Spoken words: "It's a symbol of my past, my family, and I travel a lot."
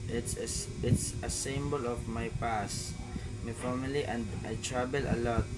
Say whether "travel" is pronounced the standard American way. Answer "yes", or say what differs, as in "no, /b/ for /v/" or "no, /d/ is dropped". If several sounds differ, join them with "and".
no, /b/ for /v/